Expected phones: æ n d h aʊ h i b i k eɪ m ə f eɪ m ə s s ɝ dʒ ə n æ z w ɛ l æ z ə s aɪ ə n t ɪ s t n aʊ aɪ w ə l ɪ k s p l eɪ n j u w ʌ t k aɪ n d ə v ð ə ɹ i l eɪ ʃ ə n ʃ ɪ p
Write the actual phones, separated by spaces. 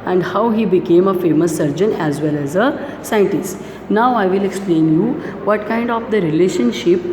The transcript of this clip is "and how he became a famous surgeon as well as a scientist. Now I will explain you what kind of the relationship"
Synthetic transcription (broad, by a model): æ n d h aʊ h i b i k eɪ m ə f eɪ m ə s s ɝ dʒ ə n æ z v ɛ l æ z ə s aɪ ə n t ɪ s t n aʊ aɪ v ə l ɪ k s p l eɪ n j u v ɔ t k aɪ n d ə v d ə ɹ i l eɪ ʃ ə n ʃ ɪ p